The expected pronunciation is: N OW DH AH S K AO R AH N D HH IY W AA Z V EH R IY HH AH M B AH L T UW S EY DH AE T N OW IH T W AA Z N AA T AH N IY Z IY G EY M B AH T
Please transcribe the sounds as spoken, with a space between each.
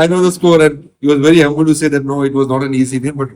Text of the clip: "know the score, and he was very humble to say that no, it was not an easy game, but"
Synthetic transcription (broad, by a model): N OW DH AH S K AO R AH N D HH IY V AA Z V EH R IY HH AH M B AH L T UW S EY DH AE T N OW IH T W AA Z N AA T AH N IY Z IY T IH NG B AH T